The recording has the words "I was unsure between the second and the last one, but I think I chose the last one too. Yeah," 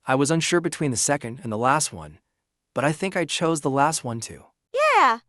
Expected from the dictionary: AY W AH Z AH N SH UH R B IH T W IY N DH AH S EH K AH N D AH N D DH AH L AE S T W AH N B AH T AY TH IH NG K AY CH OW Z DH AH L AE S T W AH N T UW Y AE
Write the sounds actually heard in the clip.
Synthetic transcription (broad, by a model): AY W AH Z AH N SH UH R B IH T W IY N DH AH S EH K AH N D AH N DH AH L AE S T W AH N B AH T AY TH IH NG K AY CH OW Z DH AH L AE S T W AH N T UW Y AE